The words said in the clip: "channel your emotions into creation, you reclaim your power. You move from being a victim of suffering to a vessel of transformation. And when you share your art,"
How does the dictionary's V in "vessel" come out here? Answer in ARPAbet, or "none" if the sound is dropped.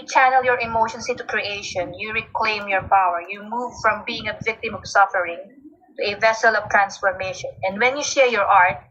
V